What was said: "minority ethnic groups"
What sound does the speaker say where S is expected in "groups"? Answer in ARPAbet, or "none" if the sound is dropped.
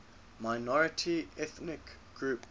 none